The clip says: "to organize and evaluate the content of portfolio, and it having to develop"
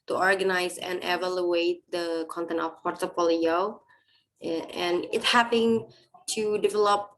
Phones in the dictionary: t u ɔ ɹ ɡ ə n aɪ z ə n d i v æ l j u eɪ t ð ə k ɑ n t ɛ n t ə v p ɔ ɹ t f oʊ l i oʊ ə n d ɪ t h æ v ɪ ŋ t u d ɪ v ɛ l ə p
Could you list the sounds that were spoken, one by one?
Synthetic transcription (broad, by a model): t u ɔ ɹ ɡ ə n aɪ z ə n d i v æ l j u eɪ t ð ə k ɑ n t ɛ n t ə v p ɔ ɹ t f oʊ l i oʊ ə n ɪ t h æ p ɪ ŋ t u d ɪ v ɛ l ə p